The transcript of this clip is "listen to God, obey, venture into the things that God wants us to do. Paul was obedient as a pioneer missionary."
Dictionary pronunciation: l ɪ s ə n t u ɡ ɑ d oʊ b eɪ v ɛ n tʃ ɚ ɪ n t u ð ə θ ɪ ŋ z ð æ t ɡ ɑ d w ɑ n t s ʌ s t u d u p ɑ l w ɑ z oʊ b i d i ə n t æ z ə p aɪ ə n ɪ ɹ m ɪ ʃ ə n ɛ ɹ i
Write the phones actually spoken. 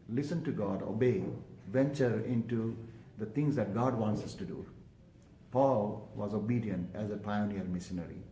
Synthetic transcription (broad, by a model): l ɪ s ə n t u ɡ ɑ d oʊ b eɪ v ɛ n tʃ ɚ ɪ n t u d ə t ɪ ŋ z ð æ t ɡ ɑ d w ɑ n t s ʌ s t u d u p ɑ l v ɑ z oʊ b i d i ə n t æ z ə p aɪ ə n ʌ ɹ m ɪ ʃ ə n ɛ ɹ i